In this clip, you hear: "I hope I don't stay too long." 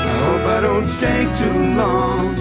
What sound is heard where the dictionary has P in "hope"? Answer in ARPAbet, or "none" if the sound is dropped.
B